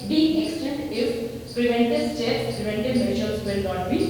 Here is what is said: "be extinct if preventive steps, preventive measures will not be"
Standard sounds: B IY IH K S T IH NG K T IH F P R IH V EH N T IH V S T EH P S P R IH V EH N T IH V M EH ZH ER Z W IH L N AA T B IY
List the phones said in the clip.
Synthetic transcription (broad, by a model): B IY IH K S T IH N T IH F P R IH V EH N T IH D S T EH S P R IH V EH N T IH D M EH SH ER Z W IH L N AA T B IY